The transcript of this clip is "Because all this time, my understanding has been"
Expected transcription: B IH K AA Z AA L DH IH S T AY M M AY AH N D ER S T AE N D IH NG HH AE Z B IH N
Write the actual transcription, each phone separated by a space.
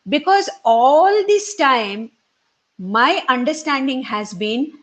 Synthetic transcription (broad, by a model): B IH K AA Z AA L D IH S T AY M M AY AH N D ER S T AE N D IH NG HH AE Z B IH N